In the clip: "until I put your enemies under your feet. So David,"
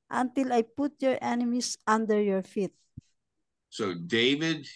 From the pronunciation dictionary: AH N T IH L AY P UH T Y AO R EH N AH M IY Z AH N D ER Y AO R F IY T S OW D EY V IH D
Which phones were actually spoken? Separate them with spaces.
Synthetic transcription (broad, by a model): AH N T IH L AY P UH T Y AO R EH N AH M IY S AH N D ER Y AO R F IY T S OW D EY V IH D